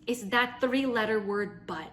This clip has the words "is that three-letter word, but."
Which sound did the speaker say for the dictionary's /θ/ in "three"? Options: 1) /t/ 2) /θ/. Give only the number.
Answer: 2